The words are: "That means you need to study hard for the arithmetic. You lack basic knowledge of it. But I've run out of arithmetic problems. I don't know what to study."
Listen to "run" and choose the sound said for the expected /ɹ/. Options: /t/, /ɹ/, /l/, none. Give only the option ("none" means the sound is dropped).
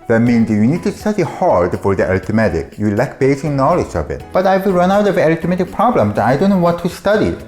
/ɹ/